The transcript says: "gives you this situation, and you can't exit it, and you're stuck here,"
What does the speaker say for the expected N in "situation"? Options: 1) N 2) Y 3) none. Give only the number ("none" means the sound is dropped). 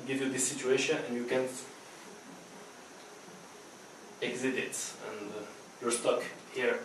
1